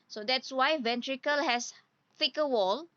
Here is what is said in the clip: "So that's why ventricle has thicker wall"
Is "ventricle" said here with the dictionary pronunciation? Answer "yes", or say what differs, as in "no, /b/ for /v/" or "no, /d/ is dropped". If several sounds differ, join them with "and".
yes